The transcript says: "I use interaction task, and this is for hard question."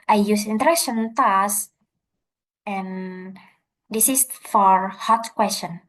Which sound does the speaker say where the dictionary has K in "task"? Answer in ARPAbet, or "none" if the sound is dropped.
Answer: none